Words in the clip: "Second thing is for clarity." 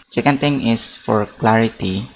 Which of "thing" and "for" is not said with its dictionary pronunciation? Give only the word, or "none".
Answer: thing